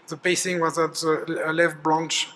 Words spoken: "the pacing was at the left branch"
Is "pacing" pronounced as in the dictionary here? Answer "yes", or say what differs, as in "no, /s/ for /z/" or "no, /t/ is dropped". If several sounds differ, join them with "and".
no, /b/ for /p/